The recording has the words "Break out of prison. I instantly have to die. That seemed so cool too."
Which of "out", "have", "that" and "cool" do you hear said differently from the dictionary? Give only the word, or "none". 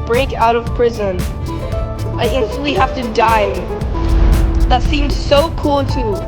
have